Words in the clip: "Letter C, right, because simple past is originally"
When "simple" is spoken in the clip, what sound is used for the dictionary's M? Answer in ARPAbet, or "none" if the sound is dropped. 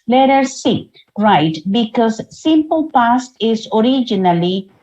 M